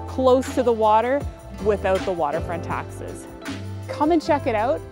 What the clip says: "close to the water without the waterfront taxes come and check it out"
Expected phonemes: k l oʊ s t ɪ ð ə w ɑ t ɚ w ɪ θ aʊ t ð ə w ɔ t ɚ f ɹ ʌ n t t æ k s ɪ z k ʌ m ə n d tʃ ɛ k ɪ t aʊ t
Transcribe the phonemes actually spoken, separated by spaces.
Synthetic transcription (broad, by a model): k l oʊ s t ɪ ð ə w ɑ t ɚ w ɪ θ aʊ t ð ə w ɔ t ɚ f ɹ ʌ n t t æ k s ɪ z k ʌ m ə n tʃ ɛ k ɪ t aʊ t